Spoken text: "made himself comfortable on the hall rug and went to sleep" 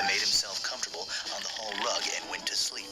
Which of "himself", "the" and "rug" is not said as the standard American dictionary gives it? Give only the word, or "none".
none